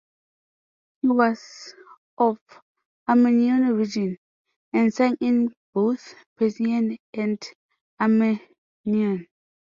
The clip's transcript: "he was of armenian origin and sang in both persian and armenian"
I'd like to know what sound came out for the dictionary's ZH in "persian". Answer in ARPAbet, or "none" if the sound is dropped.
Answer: S